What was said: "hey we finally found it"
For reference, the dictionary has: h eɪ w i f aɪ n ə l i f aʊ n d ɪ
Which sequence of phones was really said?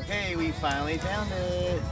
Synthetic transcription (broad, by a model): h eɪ w i f aɪ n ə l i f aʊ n ɪ